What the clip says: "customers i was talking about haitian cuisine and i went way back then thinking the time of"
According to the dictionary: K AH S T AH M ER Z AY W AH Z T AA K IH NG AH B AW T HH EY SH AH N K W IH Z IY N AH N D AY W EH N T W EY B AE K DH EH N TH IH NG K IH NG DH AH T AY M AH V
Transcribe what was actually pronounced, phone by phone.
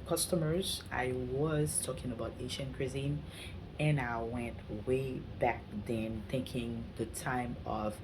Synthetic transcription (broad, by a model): K AH S T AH M ER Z AY W AH Z T AA K IH NG AH B AW T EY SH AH N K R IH Z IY N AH N AY W EH N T W EY B AE K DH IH N TH IH NG K IH NG DH AH T AY M AH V